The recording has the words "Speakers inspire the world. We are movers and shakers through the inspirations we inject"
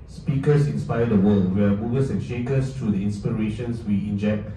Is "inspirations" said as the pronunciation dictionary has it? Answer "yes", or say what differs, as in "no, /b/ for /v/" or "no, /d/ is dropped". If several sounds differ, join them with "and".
no, /s/ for /z/